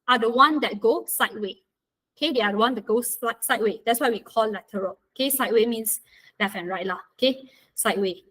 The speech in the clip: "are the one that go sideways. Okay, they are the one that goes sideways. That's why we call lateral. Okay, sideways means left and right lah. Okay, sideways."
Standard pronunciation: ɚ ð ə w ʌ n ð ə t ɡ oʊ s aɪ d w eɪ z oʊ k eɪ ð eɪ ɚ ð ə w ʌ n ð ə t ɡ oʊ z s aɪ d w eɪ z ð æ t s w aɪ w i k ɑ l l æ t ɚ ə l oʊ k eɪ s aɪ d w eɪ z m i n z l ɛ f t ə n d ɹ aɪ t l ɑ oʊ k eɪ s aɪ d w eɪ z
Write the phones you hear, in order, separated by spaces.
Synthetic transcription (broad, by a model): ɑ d ə w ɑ n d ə t ɡ oʊ s aɪ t w eɪ oʊ k eɪ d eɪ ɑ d ə w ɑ n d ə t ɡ oʊ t s aɪ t w eɪ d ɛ t s w aɪ w i k ɑ l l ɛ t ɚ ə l oʊ k eɪ s aɪ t w eɪ m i n s l ɛ f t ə n ɹ aɪ t l ɑ oʊ k eɪ s aɪ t w eɪ